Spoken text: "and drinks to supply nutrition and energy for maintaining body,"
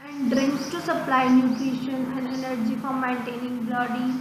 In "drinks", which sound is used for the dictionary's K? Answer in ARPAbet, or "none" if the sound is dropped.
K